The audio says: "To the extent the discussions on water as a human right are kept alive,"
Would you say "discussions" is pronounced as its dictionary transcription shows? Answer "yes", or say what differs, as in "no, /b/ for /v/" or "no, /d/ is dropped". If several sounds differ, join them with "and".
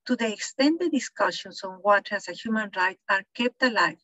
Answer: no, /s/ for /z/